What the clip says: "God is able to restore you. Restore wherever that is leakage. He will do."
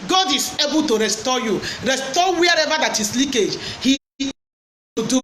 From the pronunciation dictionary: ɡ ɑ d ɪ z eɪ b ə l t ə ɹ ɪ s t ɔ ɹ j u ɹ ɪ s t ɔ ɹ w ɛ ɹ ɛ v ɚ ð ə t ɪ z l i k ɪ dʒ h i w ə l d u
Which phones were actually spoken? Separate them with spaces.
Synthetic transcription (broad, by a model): ɡ ɑ d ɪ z eɪ b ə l t ə ɹ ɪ s t ɔ j u ɹ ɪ s t ɔ w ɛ ɹ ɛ v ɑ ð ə t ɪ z l i k ɪ dʒ h i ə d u